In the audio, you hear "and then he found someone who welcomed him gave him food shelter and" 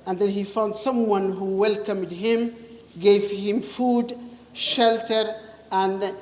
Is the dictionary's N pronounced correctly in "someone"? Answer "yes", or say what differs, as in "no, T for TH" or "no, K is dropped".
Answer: yes